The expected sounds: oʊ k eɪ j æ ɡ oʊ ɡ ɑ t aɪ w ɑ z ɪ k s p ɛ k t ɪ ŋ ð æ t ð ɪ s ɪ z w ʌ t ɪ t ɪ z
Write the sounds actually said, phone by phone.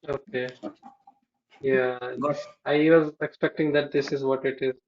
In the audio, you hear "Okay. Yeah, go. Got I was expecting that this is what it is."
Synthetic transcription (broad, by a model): oʊ k eɪ j æ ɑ ɪ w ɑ z ɪ k s p ɛ k t ɪ ŋ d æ t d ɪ s ɪ z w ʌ t ɪ t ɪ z